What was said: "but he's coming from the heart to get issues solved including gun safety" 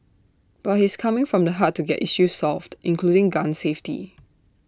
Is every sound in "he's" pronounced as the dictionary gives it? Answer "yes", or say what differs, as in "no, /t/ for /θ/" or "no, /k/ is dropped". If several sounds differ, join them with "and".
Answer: no, /s/ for /z/